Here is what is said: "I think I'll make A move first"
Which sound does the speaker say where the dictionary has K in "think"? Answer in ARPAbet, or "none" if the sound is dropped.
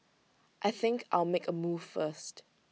K